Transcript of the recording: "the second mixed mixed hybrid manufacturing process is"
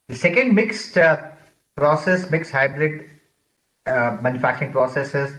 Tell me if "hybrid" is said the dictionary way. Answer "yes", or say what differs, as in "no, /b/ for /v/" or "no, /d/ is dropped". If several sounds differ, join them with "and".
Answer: yes